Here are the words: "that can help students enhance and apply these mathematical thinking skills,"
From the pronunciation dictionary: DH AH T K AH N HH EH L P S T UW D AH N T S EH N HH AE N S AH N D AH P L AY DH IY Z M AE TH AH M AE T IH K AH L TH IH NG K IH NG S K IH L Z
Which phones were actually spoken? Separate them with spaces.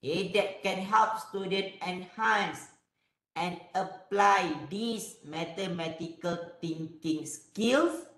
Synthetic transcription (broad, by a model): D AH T K AH N HH EH L P S T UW D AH N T EH N HH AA N S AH N AH P L AY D IY S M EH T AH M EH T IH K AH L T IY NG K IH NG S K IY L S